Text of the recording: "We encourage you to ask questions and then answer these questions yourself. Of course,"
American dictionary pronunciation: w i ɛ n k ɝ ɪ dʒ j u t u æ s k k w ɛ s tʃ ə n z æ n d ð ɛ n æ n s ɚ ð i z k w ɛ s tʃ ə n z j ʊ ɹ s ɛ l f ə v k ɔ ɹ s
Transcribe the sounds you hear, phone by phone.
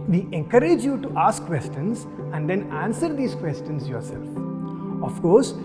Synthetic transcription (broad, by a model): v i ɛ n k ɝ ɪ dʒ j u t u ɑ s k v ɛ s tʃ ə n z æ n d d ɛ n æ n s ɚ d i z k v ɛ s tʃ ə n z j ʊ ɹ s ɛ l f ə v k ɔ ɹ s